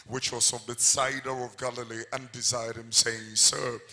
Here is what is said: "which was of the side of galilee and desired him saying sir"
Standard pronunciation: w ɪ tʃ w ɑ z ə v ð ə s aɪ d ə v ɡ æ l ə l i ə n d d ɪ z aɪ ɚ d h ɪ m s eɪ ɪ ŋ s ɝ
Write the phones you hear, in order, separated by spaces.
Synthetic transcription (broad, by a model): w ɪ tʃ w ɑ s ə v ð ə s aɪ d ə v ɡ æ l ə l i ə n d d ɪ z aɪ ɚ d h ɪ m s eɪ ɪ ŋ s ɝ